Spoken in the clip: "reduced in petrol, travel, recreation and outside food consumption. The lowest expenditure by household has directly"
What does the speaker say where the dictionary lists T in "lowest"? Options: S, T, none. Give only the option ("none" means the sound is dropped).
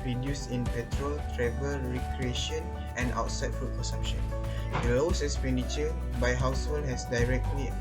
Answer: none